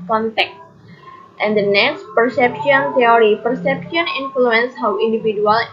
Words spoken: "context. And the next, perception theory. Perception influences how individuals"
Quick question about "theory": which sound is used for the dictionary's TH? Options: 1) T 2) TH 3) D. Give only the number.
1